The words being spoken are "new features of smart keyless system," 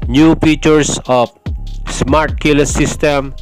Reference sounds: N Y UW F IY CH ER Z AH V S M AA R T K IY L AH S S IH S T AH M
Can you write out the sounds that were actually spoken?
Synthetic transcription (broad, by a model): N Y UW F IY CH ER S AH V S M AA R T K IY L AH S S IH S T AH M